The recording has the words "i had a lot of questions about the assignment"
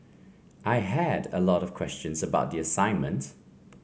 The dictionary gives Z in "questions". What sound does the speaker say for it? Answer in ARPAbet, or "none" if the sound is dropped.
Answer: Z